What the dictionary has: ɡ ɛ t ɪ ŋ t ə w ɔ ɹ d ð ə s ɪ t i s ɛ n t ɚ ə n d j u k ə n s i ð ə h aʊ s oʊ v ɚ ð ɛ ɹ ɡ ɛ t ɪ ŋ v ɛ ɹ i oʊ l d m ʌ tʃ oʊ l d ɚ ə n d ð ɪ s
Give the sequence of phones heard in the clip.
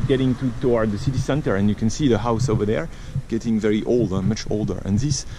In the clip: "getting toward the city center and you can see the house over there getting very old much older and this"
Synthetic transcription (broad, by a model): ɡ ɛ t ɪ ŋ t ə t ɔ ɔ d ð ə s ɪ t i s ɛ n t ɚ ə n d j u k ə n s i ð ə h aʊ s oʊ v ɚ ð ɛ ɹ ɡ ɛ t ɪ ŋ v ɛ ɹ i oʊ l d m ʌ tʃ oʊ l d ɚ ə n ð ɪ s